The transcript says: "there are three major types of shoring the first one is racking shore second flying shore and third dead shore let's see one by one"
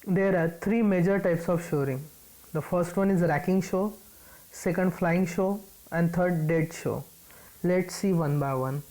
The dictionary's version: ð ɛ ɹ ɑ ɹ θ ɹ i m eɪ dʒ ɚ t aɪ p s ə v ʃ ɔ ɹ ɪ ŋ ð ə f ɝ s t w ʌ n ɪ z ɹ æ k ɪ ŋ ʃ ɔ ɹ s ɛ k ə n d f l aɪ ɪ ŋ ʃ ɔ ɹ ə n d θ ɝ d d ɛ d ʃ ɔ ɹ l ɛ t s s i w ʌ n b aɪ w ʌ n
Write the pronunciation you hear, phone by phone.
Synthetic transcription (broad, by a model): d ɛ ɹ ɑ ɹ t ɹ i m eɪ dʒ ɚ t aɪ p s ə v ʃ ɔ ɹ ɪ ŋ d ə f ɝ s t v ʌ n ɪ z ɹ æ k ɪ ŋ ʃ ɔ s ɛ k ə n d f l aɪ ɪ ŋ ʃ ɔ ə n d t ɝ d d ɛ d ʃ ɔ l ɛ t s s i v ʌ n b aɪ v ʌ n